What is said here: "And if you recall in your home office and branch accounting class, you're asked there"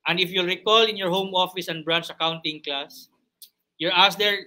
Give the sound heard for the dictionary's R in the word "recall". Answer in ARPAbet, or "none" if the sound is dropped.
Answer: R